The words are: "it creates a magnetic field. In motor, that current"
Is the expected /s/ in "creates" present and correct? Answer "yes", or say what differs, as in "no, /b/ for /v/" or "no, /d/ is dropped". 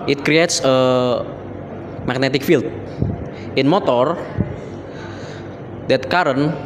yes